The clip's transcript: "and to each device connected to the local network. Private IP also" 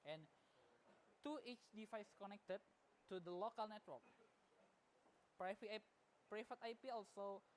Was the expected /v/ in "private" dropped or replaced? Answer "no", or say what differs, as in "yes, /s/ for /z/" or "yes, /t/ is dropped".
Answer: yes, /f/ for /v/